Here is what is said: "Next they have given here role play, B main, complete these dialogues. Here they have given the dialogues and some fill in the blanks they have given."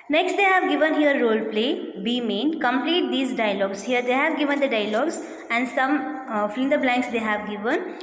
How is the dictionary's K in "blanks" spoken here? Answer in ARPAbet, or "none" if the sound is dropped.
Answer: K